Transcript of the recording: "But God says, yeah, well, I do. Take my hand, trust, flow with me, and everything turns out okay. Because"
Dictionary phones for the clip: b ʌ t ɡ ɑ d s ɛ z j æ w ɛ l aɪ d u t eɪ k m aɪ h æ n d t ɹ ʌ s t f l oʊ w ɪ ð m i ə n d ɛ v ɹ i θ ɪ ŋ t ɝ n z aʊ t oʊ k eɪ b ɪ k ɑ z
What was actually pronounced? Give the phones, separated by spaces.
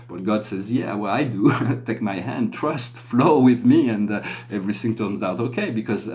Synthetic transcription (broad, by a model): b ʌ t ɡ ɑ d s ɛ z j æ w ɛ l aɪ d u t eɪ k m aɪ h æ n d t ɹ ʌ s t f l oʊ w ɪ ð m i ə n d ɛ v ɹ i θ ɪ ŋ t ɝ n z aʊ t oʊ k eɪ b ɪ k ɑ z